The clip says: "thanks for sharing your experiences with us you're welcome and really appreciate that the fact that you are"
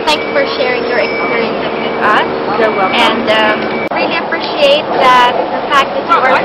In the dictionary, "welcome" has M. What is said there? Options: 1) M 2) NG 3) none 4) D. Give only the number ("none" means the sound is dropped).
3